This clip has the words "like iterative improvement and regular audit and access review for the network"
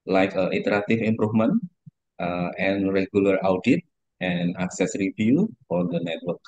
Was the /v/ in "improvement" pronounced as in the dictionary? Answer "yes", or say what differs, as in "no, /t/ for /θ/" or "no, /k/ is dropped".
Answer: no, /f/ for /v/